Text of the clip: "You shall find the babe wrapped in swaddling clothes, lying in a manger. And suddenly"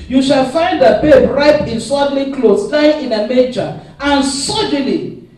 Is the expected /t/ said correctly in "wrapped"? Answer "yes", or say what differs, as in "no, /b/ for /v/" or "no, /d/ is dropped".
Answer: no, /t/ is dropped